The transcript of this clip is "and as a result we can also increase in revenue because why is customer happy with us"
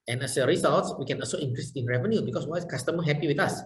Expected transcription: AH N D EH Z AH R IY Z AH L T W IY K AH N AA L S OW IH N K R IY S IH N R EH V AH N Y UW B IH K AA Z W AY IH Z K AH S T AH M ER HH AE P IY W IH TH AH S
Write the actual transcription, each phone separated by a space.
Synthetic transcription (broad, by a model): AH N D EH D AH R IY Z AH L T W IY K AH N AA L S OW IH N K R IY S IH N R EH V AH N Y UW B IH K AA S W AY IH S K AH S T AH M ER HH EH P IY W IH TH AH S